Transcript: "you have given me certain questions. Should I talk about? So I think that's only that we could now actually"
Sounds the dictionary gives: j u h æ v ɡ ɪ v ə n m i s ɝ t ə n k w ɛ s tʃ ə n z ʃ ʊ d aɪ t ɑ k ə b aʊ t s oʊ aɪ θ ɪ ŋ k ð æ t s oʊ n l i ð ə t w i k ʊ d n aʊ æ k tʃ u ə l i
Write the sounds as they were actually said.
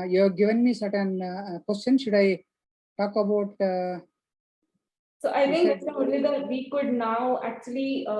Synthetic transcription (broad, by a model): j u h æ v ɡ ɪ v ə n m i s ɝ t ə n k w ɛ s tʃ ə n ʃ ʊ d aɪ t ɑ k ə b aʊ t s oʊ aɪ t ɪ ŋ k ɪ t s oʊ l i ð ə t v i k ʊ d n aʊ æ k tʃ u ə l i